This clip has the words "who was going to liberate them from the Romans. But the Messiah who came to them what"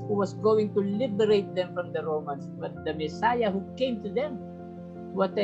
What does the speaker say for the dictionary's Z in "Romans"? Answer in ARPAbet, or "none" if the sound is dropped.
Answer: S